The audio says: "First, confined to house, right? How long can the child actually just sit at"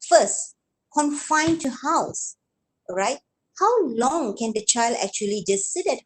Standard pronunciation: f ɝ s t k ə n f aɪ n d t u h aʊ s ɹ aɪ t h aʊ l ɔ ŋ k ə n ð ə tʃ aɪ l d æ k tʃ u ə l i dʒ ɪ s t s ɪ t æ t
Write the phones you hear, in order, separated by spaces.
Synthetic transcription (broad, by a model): f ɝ s t k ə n f aɪ n t u h aʊ s ɹ aɪ t h aʊ l ɔ ŋ k ə n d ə tʃ aɪ l d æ k tʃ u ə l i dʒ ɪ s t s ɪ t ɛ t